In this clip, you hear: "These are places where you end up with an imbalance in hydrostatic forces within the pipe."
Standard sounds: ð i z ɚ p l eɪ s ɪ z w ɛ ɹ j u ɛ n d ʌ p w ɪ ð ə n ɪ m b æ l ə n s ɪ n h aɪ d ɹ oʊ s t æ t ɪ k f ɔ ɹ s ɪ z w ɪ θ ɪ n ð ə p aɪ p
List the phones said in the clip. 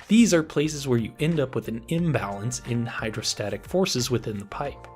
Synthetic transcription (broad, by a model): ð i z ɚ p l eɪ s ɪ z w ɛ ɹ j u ɛ n d ʌ p w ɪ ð ə n ɪ m b æ l ə n s ɪ n h aɪ d ɹ oʊ s t æ t ɪ k f ɔ ɹ s ɪ z w ɪ θ ɪ n ð ə p aɪ p